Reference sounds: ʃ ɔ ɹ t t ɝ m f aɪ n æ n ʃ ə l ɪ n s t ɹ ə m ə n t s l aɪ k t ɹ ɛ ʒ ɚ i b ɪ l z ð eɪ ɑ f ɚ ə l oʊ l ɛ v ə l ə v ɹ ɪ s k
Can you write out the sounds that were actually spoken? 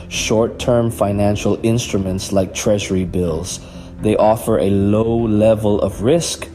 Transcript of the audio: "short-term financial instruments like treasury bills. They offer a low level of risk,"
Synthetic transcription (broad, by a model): ʃ ɔ ɹ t t ɝ m f aɪ n æ n ʃ ə l ɪ n s t ɹ ə m ə n t s l aɪ k t ɹ ɛ ʒ ɚ i b ɪ l z ð eɪ ɑ f ɚ ə l oʊ l ɛ v ə l ə v ɹ ɪ s k